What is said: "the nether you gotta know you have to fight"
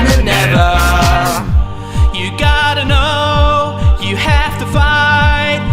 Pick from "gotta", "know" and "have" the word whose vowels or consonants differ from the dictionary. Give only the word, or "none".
have